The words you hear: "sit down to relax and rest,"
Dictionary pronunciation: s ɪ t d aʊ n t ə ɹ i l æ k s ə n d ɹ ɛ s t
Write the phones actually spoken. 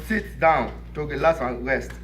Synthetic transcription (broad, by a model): s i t d aʊ n t ə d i l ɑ s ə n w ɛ s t